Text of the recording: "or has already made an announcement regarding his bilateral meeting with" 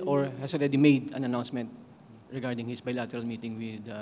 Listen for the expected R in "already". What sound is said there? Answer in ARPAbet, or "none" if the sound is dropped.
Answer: R